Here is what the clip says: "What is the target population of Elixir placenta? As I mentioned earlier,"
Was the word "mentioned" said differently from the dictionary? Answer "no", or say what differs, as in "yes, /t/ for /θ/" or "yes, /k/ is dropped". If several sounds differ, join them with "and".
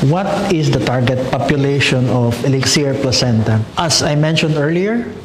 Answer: no